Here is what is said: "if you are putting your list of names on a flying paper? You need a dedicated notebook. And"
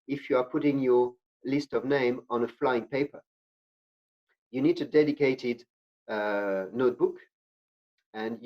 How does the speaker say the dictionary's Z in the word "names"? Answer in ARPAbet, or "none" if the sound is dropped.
none